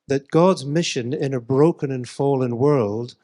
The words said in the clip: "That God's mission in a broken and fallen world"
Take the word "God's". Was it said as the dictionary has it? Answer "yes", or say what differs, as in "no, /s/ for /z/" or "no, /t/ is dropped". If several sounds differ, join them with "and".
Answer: yes